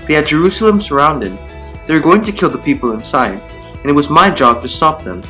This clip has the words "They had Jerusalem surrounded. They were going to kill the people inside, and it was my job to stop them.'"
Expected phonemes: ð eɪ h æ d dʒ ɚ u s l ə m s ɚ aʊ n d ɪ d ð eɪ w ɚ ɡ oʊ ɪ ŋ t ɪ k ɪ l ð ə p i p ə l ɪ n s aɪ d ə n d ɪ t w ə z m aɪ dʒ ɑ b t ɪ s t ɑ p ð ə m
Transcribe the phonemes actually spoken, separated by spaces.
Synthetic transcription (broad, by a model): ð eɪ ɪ d dʒ ɚ u s l ə m s ɚ aʊ n d ɪ d ð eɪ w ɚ ɡ oʊ ɪ ŋ t ɪ k ɪ l ð ə p i p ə l ɪ n s aɪ d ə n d ɪ t w ə z m aɪ dʒ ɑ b t ɪ s t ɑ p ð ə m